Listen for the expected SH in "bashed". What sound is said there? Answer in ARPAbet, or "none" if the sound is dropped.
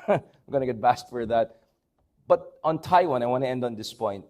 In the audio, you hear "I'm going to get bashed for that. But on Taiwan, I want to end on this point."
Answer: S